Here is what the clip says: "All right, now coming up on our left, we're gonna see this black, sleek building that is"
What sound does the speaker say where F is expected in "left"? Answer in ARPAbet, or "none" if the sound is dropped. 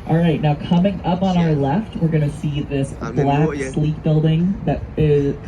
F